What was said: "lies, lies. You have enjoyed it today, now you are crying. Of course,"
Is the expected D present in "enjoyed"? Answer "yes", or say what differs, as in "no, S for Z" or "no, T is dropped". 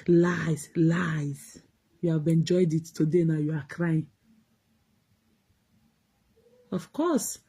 yes